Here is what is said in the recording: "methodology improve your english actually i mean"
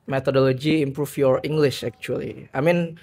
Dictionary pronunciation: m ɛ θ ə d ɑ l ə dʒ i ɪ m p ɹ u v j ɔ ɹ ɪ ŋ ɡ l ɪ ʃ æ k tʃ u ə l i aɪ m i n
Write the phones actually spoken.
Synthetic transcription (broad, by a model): m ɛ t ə d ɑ l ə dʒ i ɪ m p ɹ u f j ɔ ɹ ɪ ŋ ɡ l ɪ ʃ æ k tʃ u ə l i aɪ m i n